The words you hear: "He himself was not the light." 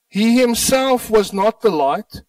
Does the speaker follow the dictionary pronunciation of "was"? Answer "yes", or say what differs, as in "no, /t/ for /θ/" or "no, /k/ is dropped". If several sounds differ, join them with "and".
yes